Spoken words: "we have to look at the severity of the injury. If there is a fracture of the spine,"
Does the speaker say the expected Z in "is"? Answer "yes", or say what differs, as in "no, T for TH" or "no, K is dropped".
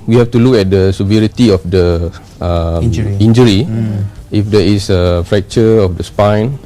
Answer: no, S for Z